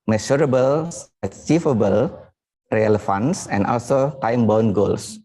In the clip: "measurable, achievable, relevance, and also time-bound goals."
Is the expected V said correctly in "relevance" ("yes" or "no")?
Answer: no